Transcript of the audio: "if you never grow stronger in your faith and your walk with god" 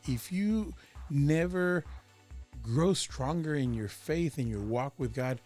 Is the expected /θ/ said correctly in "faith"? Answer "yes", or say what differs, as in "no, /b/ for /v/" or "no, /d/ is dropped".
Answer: yes